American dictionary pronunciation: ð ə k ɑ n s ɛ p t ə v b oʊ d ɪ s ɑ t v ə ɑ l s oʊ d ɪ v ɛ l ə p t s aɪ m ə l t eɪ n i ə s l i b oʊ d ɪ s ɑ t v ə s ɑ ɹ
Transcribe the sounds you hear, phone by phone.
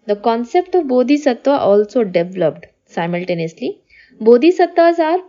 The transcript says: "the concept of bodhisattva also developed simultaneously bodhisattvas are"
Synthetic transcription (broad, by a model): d ə k ɑ n s ɛ p t ə v b oʊ d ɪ s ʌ t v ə ɑ l s oʊ d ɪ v l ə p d s aɪ m ə l t eɪ n i ə s l i b oʊ d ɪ s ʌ t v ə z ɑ ɹ